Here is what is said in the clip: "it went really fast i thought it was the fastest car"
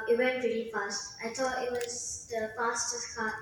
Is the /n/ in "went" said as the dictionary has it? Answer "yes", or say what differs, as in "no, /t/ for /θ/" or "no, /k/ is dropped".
yes